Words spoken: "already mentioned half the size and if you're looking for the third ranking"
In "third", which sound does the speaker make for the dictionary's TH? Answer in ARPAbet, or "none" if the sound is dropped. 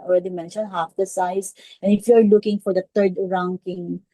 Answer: T